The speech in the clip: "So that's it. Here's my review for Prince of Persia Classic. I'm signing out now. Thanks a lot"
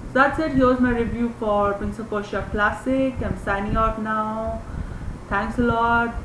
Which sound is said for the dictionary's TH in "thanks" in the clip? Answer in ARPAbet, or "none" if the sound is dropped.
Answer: T